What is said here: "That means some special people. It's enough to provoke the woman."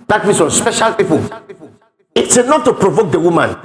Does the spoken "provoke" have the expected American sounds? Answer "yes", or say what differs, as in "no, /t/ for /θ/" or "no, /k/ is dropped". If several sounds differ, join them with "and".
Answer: yes